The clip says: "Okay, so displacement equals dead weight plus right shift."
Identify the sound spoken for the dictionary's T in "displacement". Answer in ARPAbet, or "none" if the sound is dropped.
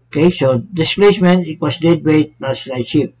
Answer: none